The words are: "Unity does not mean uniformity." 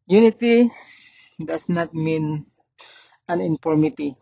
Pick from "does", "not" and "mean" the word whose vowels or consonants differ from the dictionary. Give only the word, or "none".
does